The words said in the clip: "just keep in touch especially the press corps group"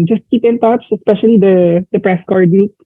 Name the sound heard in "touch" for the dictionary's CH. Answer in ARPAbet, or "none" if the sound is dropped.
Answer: S